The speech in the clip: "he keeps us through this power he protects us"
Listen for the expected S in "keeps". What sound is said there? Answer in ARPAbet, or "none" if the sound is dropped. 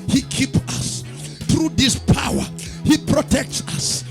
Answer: none